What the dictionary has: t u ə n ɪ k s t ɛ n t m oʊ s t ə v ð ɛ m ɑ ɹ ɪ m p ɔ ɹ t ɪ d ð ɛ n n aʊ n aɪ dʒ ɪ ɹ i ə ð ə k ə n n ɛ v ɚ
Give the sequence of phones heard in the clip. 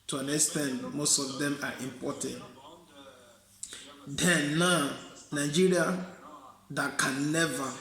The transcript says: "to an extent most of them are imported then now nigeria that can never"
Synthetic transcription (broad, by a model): t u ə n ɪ s t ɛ n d m oʊ s t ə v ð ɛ m ɑ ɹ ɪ m p ɔ t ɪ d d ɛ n n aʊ n aɪ dʒ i ɹ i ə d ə k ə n n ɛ v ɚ